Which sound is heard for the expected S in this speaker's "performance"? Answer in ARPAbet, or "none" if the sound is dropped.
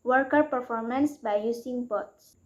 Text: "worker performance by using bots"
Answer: S